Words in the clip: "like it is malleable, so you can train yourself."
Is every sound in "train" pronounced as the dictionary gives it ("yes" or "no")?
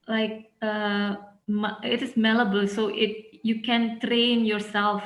yes